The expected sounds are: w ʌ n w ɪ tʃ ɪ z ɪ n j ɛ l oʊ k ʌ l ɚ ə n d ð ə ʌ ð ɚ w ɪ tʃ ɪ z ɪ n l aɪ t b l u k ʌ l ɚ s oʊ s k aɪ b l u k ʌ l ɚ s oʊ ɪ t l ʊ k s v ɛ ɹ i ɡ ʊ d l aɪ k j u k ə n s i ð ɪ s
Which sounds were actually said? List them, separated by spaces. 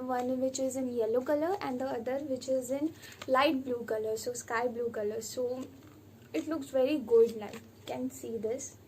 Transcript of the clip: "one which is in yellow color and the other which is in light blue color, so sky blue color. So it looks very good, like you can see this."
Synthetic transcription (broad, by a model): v ʌ n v ɪ tʃ ɪ z ɪ n j ɛ l oʊ k ʌ l ɚ ə n d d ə ʌ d ɚ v ɪ tʃ ɪ z ɪ n l aɪ t b l u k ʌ l ɚ s oʊ s k aɪ b l u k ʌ l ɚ s oʊ ɪ t l ʊ k s v ɛ ɹ i ɡ ʊ d n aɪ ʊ k ə n s i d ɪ s